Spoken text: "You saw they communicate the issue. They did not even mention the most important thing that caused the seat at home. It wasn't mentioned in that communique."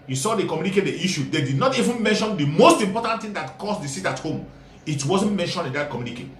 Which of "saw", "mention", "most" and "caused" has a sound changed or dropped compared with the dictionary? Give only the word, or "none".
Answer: caused